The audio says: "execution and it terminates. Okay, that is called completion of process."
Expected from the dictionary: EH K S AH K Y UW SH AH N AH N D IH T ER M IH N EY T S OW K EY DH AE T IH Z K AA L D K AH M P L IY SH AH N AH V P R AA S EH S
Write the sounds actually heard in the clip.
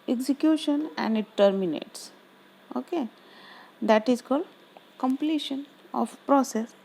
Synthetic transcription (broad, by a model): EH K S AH K Y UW SH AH N AH N D IH T ER M IH N EY T S OW K EY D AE T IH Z K AA L D K AH M P L IY SH AH N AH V P R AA S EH S